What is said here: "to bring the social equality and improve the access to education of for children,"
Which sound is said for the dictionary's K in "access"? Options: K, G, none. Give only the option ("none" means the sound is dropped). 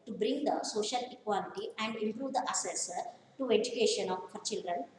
none